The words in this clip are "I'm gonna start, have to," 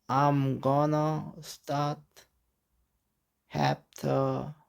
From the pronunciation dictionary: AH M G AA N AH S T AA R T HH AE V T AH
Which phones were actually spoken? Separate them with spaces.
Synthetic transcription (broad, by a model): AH M G AA N AH S T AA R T HH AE P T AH